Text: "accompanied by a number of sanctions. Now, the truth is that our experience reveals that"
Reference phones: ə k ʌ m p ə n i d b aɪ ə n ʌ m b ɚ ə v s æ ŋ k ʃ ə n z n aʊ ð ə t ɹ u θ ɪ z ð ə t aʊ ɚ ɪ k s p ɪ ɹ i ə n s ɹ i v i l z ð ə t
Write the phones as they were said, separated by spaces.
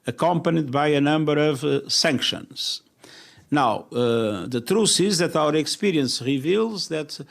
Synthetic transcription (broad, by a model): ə k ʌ m p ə n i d b aɪ ə n ʌ m b ɚ ə v s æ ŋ k ʃ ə n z n aʊ ð ə t ɹ u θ ɪ z ð ə t aʊ ɚ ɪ k s p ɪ ɹ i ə n s ɹ i v i l z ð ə t